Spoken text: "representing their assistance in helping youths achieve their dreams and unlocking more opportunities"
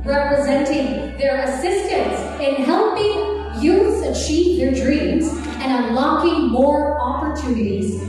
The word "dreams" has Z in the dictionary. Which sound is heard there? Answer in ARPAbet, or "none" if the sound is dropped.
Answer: Z